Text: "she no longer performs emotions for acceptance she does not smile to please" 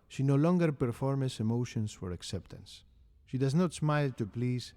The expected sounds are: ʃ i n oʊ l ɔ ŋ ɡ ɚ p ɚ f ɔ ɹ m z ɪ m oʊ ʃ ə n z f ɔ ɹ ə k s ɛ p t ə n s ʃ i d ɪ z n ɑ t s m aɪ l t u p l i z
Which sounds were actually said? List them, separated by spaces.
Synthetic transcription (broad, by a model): ʃ i n oʊ l ɔ ŋ ɡ ɚ p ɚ f ɔ ɹ m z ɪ m oʊ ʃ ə n s f ɔ ɹ ə k s ɛ p t ə n s ʃ i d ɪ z n ɑ t s m aɪ l t u p l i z